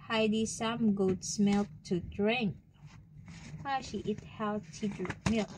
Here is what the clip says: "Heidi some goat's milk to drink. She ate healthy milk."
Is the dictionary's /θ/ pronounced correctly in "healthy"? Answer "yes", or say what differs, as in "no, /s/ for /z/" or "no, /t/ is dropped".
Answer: no, /t/ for /θ/